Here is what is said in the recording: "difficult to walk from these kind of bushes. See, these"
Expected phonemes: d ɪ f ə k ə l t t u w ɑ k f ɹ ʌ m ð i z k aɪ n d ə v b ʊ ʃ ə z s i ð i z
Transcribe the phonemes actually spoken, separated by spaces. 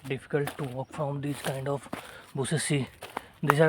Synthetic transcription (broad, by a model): d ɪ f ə k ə l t t u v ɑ k f ɹ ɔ m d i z k aɪ n d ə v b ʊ s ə s i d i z